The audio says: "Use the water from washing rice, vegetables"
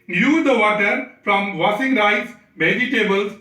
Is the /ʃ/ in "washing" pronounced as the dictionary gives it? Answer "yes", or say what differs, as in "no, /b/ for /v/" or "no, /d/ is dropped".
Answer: no, /s/ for /ʃ/